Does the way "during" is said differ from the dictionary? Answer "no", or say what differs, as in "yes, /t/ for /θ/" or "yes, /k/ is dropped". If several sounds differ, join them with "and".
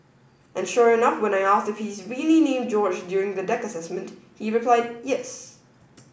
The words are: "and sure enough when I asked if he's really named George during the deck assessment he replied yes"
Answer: no